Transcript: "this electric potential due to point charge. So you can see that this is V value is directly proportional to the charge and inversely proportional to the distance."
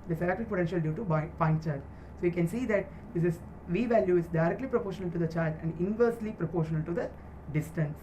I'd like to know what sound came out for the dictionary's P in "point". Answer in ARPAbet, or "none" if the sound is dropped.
B